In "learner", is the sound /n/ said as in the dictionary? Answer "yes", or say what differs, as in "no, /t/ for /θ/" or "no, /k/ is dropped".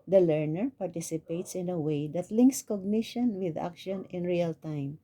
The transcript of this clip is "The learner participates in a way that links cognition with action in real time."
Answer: yes